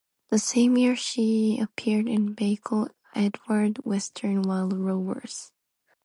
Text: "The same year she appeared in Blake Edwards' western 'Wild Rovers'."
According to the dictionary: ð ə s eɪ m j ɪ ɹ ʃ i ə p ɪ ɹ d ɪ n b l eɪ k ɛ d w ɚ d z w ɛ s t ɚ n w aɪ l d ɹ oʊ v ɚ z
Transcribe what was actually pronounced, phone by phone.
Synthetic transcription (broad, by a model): ð ə s eɪ m j ɪ ɹ ʃ i ə p ɪ ɹ d ɪ n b eɪ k ɛ d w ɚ d w ɛ s t ɚ n w aɪ l d ɹ oʊ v ɚ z